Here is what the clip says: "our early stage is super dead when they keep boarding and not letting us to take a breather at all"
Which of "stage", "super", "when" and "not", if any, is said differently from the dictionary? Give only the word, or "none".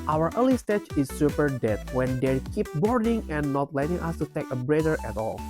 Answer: stage